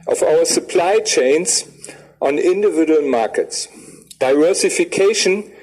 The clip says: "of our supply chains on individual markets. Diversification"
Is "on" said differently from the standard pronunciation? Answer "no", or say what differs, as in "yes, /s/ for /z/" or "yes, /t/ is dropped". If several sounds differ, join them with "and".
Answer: no